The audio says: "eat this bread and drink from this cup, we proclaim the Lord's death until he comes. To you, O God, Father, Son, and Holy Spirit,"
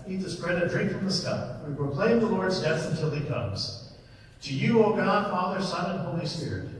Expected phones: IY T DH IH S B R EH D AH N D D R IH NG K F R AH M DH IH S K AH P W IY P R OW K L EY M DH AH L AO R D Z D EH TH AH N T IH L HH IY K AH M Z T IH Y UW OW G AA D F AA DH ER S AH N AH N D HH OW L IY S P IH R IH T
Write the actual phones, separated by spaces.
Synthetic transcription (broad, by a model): IY T DH IH S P R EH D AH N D D R IH NG K F R AH M DH IH S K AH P W IY P R OW K L EY M DH AH L AO R D Z D EH TH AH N T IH L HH IY K AH M Z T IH Y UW OW G AA D F AA DH ER S AH N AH N HH OW L IY S P IH R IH T